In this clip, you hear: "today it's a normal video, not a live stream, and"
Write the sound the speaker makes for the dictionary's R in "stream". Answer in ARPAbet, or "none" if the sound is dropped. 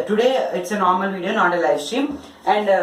none